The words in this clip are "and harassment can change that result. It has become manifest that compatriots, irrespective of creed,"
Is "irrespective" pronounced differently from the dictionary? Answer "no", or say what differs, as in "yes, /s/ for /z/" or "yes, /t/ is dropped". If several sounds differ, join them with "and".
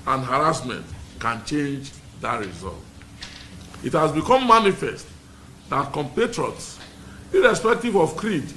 no